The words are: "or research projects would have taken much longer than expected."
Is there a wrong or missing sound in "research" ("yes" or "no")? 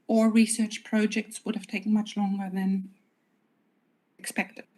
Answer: no